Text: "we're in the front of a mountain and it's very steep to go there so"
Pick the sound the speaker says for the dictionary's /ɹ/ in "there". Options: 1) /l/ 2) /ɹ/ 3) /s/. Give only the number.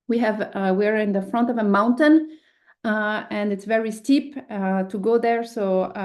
2